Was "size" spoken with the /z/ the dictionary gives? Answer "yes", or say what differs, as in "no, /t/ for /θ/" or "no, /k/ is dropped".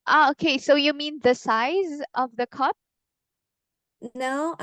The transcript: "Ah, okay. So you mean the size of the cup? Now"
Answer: yes